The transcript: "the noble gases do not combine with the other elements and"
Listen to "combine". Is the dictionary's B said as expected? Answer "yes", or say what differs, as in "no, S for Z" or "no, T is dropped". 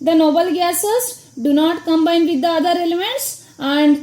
yes